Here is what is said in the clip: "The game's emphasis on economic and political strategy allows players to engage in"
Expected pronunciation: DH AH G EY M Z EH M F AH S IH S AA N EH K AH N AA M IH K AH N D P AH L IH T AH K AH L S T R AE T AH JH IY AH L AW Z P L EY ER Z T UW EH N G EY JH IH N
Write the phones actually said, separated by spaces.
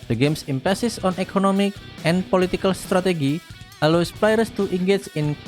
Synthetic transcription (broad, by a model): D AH G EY M S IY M P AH S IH S AA N EH K AH N AA M IH K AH N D P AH L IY T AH K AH L S T R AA T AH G IY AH L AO S P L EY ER S T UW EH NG G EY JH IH N